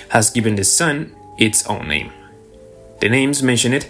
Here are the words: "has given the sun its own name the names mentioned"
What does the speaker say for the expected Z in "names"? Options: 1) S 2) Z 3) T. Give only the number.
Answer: 2